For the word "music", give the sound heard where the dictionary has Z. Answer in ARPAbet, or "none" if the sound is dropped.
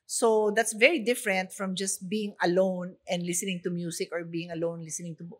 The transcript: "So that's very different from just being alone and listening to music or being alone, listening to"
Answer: S